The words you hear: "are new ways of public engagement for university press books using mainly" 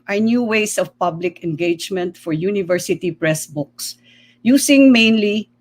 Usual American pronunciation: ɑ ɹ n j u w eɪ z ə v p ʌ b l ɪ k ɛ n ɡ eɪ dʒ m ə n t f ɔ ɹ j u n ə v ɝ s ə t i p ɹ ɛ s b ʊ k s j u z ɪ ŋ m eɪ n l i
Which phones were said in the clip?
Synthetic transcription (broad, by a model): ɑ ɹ n j u w eɪ s ə v p ʌ b l ɪ k ɛ n ɡ eɪ dʒ m ə n t f ɔ ɹ j u n ə v ɝ s ə t i p ɹ ɛ s b ʊ k s j u s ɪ ŋ m eɪ n l i